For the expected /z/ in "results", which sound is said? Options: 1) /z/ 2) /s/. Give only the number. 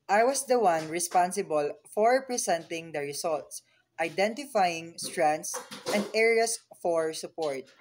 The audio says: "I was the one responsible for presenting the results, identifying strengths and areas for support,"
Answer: 2